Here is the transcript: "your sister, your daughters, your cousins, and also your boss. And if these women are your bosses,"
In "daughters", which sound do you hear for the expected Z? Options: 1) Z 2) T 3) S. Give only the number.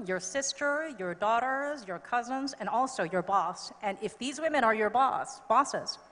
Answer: 1